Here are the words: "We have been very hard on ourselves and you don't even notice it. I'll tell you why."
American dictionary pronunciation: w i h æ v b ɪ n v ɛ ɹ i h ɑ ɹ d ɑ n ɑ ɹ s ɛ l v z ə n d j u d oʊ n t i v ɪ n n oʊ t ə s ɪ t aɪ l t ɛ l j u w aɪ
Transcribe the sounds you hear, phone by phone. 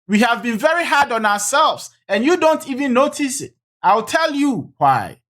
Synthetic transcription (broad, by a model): w i h æ v b ɪ n v ɛ ɹ i h ɑ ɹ d ɑ n ɑ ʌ s ɛ l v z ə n j u d oʊ n t i v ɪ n n oʊ t ə s ɪ t aɪ l t ɛ l j u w aɪ